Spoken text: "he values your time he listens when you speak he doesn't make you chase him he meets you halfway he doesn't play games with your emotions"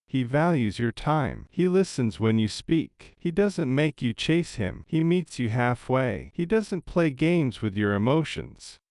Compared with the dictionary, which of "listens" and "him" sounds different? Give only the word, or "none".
none